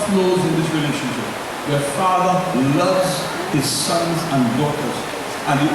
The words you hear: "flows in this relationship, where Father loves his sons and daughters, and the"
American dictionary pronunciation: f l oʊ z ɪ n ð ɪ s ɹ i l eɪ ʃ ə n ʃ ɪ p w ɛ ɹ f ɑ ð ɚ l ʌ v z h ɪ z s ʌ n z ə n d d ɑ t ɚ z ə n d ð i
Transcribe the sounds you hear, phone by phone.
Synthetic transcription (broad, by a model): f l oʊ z ɪ n ð ɪ s ɹ i l eɪ ʃ ə n ʃ ɪ p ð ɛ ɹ f ɑ ð ɚ l ʌ v z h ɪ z s ʌ n z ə n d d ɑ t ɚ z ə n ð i